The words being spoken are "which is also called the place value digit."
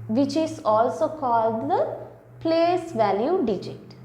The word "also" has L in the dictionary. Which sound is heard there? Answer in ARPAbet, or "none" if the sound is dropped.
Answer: L